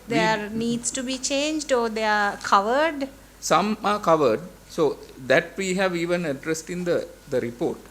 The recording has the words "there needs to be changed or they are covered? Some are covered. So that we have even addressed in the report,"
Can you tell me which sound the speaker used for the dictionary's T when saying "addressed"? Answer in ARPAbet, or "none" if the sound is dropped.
T